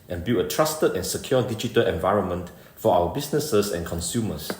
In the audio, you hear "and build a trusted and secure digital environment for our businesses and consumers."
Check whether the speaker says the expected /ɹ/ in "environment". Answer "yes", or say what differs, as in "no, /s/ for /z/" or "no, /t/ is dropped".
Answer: yes